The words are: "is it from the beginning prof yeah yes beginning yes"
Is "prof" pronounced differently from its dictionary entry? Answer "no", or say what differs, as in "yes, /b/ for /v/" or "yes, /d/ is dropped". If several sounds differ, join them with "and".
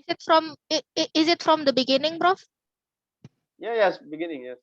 yes, /b/ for /p/